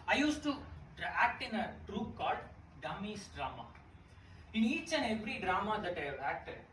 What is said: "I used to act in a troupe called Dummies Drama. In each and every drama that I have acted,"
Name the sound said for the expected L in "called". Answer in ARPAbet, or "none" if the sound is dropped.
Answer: none